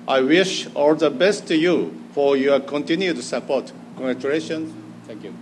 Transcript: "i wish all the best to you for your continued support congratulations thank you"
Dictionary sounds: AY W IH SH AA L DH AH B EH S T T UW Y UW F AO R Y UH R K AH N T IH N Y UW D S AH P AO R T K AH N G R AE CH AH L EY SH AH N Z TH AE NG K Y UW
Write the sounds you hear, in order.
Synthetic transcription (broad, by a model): AY W IH SH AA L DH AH B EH S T T UW Y UW F AO R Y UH K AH N T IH N Y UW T S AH P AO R T K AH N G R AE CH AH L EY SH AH N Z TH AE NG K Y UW